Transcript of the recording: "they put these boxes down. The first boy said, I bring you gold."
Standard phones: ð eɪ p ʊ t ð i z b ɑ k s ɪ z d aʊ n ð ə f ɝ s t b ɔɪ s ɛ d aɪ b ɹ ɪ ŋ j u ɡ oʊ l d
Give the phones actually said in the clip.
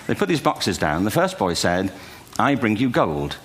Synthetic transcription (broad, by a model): ð eɪ p ʊ t ð i z b ɑ k s ɪ z d aʊ n ð ə f ɝ s b ɔɪ s ɛ d aɪ b ɹ ɪ ŋ j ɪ ɡ oʊ l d